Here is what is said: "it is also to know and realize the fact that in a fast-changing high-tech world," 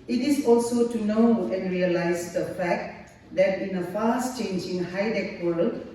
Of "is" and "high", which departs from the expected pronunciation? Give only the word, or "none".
is